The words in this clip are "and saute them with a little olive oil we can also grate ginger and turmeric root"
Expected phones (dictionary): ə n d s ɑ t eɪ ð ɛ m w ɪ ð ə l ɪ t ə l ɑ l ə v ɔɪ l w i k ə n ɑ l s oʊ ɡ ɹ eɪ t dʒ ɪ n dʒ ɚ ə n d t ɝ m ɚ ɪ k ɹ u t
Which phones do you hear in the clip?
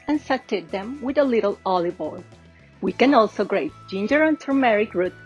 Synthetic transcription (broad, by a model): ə n s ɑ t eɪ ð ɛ m w ɪ ð ə l ɪ t ə l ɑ l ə b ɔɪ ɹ w i k ə n ɑ l s oʊ ɡ ɹ eɪ t dʒ ɪ n dʒ ɚ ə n t ɝ m ɚ ɪ k ɹ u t